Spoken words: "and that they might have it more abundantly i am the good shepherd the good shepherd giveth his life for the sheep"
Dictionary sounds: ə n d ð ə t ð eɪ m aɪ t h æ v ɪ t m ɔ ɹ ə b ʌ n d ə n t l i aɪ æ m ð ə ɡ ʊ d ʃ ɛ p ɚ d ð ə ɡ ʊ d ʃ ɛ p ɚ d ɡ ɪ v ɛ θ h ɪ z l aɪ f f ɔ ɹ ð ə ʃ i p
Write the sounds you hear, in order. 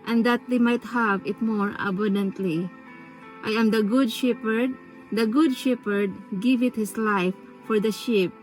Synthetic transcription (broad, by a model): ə n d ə t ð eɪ m aɪ t h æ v ɪ t m ɔ ɹ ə b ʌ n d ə n t l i aɪ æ m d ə ɡ ʊ d ʃ ɛ p ɚ d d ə ɡ ʊ d ʃ ɛ p ɚ d ɡ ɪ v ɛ t h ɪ s l aɪ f f ɔ ɹ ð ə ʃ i p